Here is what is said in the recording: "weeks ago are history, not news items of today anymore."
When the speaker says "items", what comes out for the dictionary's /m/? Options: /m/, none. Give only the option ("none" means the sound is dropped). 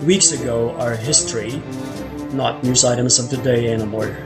/m/